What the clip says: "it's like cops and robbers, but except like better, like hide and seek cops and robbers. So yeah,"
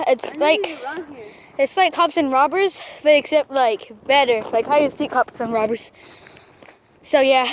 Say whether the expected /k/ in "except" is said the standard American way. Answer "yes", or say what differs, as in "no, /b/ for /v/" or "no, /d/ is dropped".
yes